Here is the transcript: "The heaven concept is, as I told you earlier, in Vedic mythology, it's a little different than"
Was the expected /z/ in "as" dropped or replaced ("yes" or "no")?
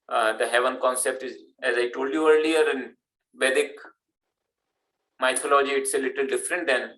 no